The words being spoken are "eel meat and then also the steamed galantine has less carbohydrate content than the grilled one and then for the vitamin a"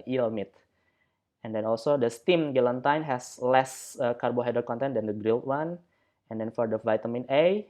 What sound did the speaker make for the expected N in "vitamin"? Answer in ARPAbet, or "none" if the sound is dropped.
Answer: N